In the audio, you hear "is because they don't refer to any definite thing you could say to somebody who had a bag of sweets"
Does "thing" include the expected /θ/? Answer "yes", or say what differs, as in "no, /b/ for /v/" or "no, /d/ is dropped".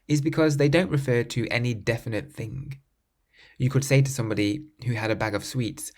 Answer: yes